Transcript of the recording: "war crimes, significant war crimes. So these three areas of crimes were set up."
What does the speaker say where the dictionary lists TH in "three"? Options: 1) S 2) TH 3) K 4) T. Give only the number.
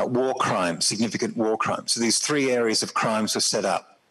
2